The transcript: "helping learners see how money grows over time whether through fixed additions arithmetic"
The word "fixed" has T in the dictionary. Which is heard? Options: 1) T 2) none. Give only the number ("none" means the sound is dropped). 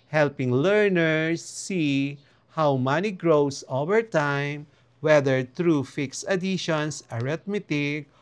2